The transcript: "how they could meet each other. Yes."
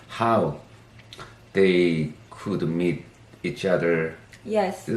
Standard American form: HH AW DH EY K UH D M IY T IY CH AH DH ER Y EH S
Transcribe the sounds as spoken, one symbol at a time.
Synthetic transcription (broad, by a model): HH AW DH EY K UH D M IY T IY CH AH DH ER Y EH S